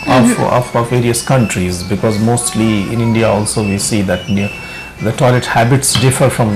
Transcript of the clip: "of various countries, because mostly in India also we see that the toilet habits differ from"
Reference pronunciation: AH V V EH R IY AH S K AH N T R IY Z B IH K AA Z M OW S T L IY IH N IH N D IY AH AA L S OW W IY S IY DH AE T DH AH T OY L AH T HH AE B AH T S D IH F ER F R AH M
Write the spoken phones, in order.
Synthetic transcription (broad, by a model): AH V V EH R IY AH S K AH N T R IY Z B IH K AA Z M OW S T L IY IH N IH N D IY AH AA L S OW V IY S IY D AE T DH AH T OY L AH T HH AE B AH T S D IH F ER F R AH M